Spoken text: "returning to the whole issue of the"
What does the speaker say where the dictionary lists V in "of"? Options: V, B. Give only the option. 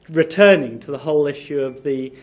V